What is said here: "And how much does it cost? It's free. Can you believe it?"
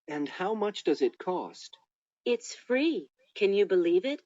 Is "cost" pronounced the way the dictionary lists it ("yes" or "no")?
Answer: yes